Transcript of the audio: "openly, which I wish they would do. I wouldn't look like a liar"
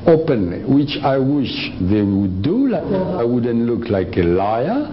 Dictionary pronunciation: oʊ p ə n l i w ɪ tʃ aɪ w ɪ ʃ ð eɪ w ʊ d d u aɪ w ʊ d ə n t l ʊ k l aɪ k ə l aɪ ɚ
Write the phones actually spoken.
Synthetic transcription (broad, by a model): oʊ p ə n l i w ɪ tʃ aɪ w ɪ ʃ ð eɪ w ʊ d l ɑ aɪ w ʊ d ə n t l ʊ k l aɪ k ə l aɪ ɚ